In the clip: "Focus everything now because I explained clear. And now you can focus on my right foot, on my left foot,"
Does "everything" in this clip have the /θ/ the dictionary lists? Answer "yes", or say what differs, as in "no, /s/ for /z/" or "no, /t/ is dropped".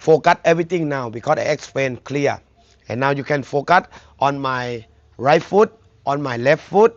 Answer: no, /t/ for /θ/